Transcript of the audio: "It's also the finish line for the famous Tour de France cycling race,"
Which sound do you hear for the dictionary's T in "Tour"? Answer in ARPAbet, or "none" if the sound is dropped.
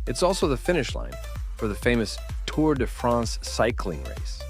T